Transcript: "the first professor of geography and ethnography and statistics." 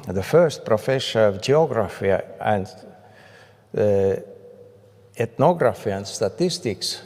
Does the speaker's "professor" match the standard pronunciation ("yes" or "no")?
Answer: no